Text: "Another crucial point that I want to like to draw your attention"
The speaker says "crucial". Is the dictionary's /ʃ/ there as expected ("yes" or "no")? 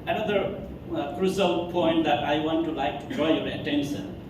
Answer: no